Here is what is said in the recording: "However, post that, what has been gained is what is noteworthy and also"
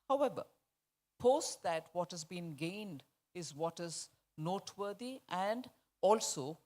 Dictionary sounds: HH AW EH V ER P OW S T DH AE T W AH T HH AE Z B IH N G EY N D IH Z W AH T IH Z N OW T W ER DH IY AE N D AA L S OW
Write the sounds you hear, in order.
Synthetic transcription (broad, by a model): HH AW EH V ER P OW S T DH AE T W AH T HH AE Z B IH N G EY N D IH Z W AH T IH Z N OW T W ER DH IY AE N D AA L S OW